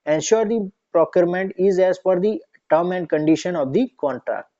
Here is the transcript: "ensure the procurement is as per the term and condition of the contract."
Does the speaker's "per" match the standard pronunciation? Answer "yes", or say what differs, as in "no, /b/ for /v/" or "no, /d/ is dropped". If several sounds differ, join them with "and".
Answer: no, /f/ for /p/